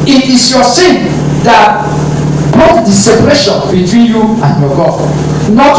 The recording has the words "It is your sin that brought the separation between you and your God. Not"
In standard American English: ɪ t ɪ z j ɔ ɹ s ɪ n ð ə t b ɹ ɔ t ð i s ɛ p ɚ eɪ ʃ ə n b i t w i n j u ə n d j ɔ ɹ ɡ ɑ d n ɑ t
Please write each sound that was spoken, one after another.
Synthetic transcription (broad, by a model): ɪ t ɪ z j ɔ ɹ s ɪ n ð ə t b ɔ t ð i s ɛ p ɚ eɪ ʃ ə n b i t w i n j u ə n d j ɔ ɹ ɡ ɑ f n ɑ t